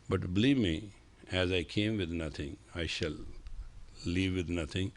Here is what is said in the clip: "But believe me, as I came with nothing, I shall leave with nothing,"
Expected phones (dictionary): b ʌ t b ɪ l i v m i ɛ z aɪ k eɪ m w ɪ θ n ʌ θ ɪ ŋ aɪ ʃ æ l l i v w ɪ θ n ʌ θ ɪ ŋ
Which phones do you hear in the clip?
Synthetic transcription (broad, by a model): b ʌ t b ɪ l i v m i ɛ z aɪ k eɪ m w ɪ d n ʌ t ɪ ŋ aɪ ʃ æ l l i v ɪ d n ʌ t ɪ ŋ